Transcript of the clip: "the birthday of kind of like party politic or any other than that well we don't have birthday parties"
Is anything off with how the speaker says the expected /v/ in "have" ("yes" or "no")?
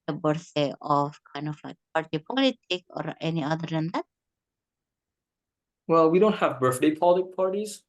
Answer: no